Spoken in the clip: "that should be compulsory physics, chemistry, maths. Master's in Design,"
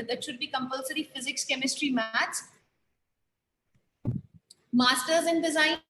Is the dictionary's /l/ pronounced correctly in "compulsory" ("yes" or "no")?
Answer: yes